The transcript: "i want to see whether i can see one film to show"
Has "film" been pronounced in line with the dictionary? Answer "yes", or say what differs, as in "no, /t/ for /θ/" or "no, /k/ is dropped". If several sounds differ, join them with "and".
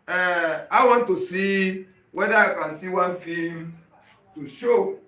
no, /l/ is dropped